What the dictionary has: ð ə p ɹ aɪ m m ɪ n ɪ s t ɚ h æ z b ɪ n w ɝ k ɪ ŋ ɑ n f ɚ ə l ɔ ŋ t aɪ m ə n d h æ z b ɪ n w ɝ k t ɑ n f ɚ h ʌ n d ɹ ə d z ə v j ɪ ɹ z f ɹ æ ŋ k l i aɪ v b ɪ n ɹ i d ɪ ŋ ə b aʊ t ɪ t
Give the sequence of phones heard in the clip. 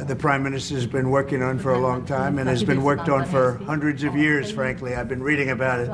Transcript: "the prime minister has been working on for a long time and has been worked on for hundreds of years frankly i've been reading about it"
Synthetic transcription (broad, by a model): ð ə p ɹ aɪ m m ɪ n ɪ s t ɚ z b ɪ n w ɝ k ɪ ŋ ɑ n f ɚ ə l ɔ ŋ t aɪ m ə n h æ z b ɪ n w ɝ k t n f ɚ h ʌ n d ɹ ə d z ə v j ɪ ɹ z f ɹ æ ŋ k l i aɪ v b ɪ n ɹ i d ɪ ŋ ə b aʊ t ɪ t